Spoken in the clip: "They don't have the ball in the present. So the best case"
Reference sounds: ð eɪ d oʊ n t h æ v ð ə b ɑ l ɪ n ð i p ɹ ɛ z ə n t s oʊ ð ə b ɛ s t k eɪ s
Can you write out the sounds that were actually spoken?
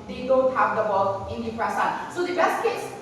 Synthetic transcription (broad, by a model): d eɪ d oʊ n t h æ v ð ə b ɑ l ɪ n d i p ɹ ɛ s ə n s oʊ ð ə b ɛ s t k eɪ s